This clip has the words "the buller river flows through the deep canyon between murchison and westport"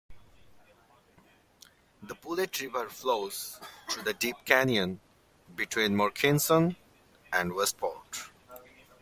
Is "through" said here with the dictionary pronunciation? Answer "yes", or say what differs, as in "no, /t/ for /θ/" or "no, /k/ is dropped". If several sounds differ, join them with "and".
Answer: no, /t/ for /θ/